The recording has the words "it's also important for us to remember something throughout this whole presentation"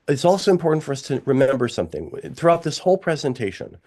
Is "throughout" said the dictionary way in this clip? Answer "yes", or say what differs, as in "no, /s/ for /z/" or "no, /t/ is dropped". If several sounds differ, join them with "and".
yes